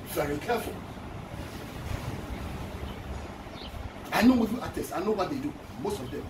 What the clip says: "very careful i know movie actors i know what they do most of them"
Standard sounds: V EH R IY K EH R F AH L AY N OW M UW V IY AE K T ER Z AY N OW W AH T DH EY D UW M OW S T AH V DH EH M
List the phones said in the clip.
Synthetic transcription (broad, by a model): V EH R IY K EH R F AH L AY N OW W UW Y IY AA T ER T AY N OW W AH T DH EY D UW M OW S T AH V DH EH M